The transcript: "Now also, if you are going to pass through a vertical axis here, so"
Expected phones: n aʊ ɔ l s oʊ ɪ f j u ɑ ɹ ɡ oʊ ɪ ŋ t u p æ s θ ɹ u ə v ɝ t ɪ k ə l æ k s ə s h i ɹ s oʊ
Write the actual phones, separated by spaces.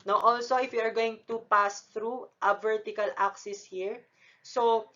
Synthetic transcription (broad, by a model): n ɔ ɔ l s oʊ ɪ f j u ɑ ɹ ɡ oʊ ɪ ŋ t u p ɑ s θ ɹ u ə v ɝ t ɪ k ə l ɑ k s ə s h i ɹ s oʊ